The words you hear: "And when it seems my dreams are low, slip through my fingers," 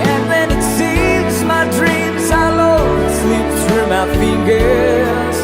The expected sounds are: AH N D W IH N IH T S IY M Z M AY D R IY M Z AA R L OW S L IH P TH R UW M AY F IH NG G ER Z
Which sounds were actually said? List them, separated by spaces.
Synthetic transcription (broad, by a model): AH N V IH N IH T S IY M Z M AY D R IY M Z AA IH L OW S L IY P S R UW M AY F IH NG G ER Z